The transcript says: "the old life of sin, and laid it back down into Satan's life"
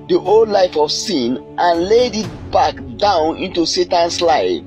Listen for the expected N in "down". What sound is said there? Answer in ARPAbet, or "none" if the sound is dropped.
N